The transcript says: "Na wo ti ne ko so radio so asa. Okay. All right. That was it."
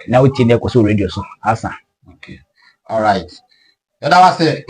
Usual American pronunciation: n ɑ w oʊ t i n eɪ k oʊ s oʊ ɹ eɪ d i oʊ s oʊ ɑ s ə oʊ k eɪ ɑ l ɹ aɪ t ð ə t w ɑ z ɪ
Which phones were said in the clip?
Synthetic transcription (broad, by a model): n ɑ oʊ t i n eɪ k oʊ s oʊ ɹ eɪ d i oʊ s oʊ ɑ s ə oʊ k eɪ ɑ l ɹ aɪ t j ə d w ɑ s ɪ